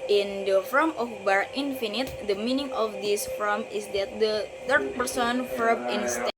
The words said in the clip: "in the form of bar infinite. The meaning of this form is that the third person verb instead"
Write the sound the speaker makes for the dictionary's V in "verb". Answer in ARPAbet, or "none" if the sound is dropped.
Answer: F